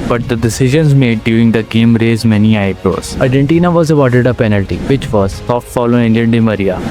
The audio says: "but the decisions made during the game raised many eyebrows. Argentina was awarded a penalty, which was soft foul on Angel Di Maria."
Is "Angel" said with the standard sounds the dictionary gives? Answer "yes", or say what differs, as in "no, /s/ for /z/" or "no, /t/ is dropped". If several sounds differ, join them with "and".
no, /n/ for /l/